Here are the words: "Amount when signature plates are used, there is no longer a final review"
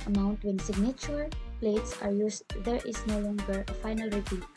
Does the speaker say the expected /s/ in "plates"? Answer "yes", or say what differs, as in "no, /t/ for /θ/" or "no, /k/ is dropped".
yes